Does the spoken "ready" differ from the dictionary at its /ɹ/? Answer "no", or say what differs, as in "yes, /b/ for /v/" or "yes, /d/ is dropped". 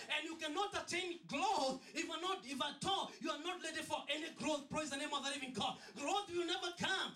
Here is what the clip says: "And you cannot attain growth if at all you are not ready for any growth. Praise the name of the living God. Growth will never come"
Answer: yes, /l/ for /ɹ/